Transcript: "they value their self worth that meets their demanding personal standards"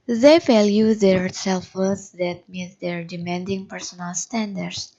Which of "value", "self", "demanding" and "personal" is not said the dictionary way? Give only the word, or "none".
value